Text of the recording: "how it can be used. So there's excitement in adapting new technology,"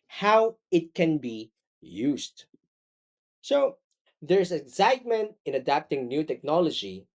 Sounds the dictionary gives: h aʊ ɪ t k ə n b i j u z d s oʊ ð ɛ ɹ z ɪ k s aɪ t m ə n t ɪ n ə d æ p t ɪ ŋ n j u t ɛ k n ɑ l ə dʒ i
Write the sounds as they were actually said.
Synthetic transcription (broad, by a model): h aʊ ɪ t k ə n b i j u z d s oʊ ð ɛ ɹ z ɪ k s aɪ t m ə n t ɪ n ə d æ p t ɪ ŋ n j u t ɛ k n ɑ l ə dʒ i